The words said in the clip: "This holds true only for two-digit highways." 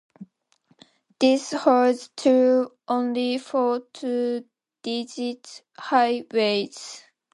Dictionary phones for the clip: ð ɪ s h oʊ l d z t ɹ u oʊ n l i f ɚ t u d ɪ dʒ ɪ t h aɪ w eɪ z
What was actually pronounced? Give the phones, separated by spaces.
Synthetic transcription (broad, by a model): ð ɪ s h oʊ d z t u oʊ n l i f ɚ t u d ɪ dʒ ɪ t h aɪ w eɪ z